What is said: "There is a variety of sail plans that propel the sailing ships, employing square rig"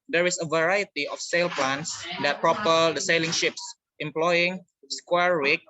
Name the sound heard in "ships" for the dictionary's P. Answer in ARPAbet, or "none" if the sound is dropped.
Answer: P